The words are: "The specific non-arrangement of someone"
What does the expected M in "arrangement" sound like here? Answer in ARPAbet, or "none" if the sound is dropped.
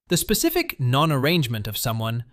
M